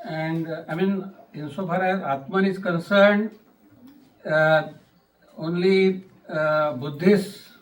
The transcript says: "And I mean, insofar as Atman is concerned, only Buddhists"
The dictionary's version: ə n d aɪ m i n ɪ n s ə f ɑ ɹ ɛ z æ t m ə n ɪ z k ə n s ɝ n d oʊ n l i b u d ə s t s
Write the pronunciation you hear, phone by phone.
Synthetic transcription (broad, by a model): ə n d aɪ m i n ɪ n s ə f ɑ ɹ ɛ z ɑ t m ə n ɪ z k ə n s ɝ n d oʊ n l i b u d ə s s